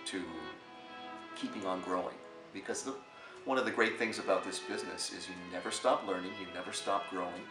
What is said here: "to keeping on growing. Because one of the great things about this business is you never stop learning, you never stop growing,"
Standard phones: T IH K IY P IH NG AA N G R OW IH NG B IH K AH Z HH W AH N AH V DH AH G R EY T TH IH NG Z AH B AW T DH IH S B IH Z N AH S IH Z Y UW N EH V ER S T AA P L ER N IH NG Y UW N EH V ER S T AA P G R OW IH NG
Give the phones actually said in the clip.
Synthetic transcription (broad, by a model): T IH K IY P IH NG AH N G R OW IH NG B IH K AH Z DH W AH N AH V DH AH G R EY T TH IH NG Z AH B AW T DH IH S B IH Z N AH S IH Z Y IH N EH V ER S T AA P L ER N IH NG Y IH N EH V ER S T AA P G R OW IH NG